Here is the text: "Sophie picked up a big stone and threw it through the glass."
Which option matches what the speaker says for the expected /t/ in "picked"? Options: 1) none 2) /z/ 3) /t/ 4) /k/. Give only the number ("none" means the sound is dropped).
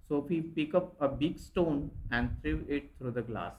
1